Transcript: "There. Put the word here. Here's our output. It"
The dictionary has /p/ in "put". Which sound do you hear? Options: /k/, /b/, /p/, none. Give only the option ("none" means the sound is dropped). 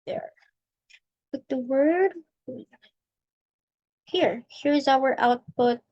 /b/